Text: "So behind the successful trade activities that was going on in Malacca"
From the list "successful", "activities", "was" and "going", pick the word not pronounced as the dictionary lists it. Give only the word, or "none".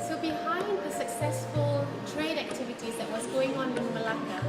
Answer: none